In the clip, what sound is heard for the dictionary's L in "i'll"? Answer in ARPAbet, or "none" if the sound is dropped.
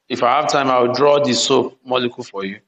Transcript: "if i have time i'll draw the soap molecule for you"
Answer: W